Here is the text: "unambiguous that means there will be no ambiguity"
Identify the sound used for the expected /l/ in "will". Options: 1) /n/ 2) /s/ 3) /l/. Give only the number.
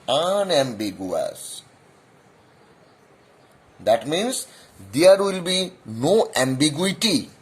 3